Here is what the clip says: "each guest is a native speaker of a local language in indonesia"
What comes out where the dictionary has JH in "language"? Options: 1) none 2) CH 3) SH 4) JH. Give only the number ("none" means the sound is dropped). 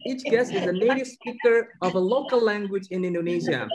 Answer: 4